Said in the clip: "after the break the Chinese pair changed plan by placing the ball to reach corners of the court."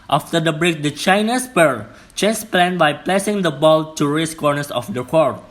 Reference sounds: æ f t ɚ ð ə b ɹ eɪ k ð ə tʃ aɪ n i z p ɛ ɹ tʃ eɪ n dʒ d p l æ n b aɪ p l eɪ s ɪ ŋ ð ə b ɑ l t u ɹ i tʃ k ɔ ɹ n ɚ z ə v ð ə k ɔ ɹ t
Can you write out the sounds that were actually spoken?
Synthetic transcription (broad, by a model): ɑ f t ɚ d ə b ɹ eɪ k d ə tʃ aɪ n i s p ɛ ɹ tʃ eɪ n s p l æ n b aɪ p l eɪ s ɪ ŋ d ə b ɑ l t u ɹ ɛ s k ɔ ɹ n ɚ s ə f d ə k ɔ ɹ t